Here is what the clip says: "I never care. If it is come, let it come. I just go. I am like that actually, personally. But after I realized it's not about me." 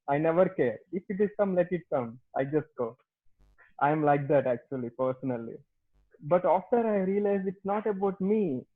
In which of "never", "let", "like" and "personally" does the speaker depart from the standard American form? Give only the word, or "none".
none